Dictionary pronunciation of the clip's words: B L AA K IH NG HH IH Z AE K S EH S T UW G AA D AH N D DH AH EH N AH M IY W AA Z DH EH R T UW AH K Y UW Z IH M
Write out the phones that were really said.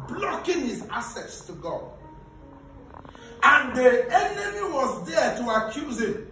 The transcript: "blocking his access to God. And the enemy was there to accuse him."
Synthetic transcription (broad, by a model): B L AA K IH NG HH IH Z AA S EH S T UW G AA D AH N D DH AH EH N AH M IY W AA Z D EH T UW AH K Y UW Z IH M